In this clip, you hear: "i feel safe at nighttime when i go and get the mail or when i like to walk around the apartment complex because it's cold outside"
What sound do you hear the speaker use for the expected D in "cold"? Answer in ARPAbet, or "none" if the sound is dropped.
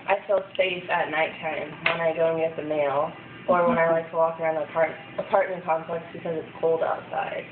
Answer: D